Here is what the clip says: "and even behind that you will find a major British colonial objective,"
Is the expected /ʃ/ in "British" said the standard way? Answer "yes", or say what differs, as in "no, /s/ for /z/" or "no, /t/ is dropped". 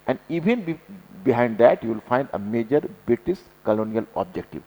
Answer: no, /s/ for /ʃ/